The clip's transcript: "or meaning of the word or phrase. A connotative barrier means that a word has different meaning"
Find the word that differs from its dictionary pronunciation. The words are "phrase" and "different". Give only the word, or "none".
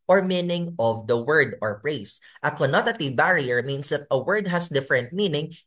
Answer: phrase